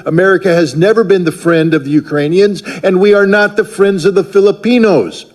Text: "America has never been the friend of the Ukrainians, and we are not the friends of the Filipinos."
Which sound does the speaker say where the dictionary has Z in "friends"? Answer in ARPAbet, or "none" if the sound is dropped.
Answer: Z